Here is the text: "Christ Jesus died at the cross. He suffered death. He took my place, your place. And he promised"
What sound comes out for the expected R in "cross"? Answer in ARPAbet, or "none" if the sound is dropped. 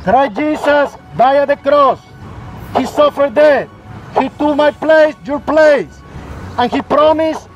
R